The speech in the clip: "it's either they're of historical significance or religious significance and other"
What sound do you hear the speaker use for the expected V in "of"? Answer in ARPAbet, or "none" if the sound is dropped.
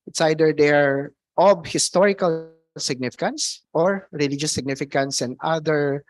B